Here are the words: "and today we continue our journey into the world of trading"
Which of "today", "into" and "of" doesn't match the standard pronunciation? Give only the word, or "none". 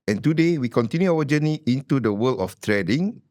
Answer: of